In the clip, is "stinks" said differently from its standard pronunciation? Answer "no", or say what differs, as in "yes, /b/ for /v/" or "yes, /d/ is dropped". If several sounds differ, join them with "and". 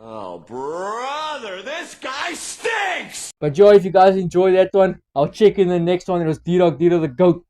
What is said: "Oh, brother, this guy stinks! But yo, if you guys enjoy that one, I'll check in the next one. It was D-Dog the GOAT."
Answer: yes, /ŋ/ is dropped